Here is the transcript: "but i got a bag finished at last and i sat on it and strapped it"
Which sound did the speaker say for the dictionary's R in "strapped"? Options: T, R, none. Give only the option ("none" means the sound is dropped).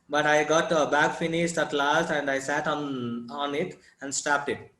none